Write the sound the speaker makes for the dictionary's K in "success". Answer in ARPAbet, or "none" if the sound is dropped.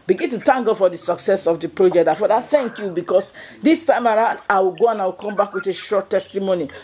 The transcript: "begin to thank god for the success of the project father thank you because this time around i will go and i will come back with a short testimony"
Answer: K